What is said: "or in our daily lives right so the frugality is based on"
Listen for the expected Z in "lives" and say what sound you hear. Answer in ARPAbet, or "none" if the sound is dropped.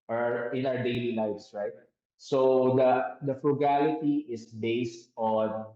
S